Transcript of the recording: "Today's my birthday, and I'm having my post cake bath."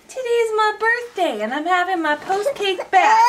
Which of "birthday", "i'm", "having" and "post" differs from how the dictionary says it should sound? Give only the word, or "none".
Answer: none